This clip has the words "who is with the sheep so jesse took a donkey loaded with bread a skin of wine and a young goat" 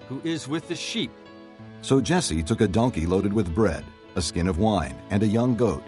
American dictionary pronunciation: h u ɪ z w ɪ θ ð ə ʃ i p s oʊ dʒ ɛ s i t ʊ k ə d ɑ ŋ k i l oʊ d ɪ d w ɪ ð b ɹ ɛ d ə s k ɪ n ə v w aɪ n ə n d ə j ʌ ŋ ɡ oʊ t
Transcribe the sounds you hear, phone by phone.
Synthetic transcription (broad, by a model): h u ɪ z w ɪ ð ə ʃ i p s oʊ dʒ ɛ s i t ʊ k ə d ɑ ŋ k i l oʊ d ɪ d w ɪ ð b ɹ ɛ d ə s k ɪ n ə v w aɪ n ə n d ə j ʌ ŋ ɡ oʊ t